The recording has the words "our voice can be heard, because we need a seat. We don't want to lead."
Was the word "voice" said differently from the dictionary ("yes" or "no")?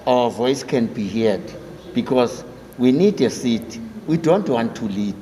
no